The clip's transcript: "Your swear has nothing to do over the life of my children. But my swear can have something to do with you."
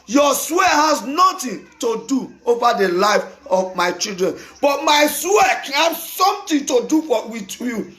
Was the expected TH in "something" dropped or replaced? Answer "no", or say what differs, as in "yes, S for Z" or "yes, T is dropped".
yes, T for TH